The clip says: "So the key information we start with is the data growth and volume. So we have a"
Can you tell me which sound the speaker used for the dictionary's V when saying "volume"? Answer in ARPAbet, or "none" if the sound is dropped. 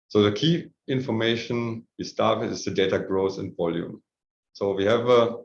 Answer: V